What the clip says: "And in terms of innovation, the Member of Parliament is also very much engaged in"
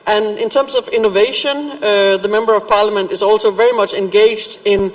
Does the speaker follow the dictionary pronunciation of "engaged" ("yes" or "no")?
yes